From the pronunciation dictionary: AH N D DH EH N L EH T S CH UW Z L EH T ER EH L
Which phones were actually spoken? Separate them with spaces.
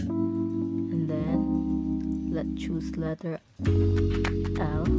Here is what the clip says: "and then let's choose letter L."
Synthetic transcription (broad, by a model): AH N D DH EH N L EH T CH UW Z L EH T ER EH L